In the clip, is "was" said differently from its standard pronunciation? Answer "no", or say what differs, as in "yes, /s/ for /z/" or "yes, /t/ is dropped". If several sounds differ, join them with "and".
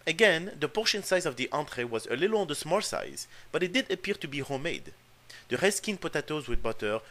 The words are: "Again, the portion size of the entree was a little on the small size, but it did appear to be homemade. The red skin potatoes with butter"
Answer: no